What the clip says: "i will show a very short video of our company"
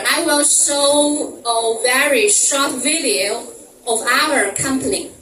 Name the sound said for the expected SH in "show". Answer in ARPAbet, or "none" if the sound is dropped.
S